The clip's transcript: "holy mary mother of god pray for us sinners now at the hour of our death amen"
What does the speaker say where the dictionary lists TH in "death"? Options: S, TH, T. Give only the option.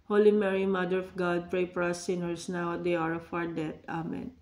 T